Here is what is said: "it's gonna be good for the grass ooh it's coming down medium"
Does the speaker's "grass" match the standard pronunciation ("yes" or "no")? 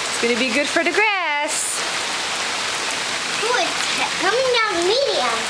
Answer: yes